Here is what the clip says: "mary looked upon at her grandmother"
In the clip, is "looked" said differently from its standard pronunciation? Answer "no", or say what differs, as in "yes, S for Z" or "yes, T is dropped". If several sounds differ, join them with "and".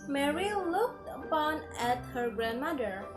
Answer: no